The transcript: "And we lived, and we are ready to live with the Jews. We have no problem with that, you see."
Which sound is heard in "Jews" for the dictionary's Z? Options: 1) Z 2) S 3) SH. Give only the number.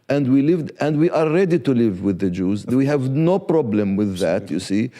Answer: 1